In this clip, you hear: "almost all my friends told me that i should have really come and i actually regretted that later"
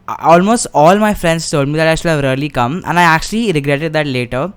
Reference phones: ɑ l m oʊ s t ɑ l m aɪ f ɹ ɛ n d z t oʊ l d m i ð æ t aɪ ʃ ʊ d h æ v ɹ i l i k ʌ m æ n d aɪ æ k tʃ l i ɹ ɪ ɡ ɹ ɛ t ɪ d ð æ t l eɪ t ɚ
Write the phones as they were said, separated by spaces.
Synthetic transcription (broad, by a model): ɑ l m oʊ s t ɑ l m aɪ f ɹ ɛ n d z t oʊ l d m i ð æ t aɪ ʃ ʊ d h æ v ɹ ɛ l i k ʌ m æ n aɪ æ k tʃ l i ɹ ɪ ɡ ɹ ɛ t ɪ d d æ t l eɪ t ɚ